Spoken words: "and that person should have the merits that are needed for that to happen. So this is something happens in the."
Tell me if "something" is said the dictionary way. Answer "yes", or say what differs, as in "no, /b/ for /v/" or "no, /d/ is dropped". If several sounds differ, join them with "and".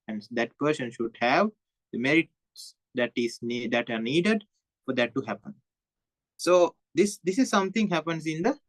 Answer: no, /t/ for /θ/